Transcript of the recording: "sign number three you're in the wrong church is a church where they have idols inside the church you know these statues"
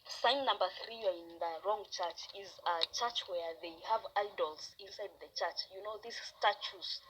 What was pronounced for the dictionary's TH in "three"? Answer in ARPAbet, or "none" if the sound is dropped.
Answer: TH